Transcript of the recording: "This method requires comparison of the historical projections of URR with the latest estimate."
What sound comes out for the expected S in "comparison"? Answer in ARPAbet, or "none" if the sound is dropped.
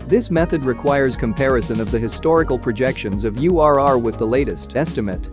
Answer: S